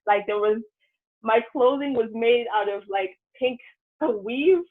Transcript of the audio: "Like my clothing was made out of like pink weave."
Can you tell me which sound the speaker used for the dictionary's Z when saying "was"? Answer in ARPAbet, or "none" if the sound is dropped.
Z